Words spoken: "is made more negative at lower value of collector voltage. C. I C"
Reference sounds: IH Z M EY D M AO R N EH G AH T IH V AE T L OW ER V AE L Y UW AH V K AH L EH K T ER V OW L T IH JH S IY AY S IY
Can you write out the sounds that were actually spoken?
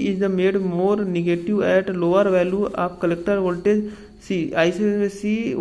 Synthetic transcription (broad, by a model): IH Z M EY D M AO R N EH G AH T IH V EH T L OW ER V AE L Y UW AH P K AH L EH K T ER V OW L T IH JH S IY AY S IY